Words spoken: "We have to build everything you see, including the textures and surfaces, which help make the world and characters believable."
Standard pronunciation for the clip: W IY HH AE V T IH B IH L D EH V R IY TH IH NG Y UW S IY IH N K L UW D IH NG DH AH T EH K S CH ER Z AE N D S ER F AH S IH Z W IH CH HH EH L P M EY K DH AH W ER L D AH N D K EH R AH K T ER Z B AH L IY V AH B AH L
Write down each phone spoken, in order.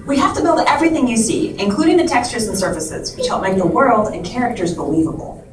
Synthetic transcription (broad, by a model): W IY HH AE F T IH B IH L D EH V R IY TH IH NG Y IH S IY IH N K L UW D IH NG DH AH T EH K S CH ER Z N S ER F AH S IH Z W IH CH HH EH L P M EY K DH AH W ER L D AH N K EH R AH K T ER Z B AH L IY V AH B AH L